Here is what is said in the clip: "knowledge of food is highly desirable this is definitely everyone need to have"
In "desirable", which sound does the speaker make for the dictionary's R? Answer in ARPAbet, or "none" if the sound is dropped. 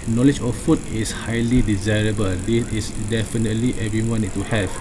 R